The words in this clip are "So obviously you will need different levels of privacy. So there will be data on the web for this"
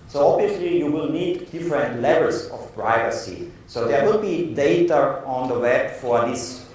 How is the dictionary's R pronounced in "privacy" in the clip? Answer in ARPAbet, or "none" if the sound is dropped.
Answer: R